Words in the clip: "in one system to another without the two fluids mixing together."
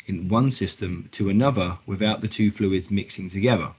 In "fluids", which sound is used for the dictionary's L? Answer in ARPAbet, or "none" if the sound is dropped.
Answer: L